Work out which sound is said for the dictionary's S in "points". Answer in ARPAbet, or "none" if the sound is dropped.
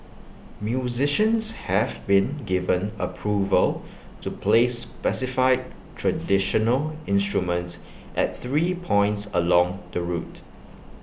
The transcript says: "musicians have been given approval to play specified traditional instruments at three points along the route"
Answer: S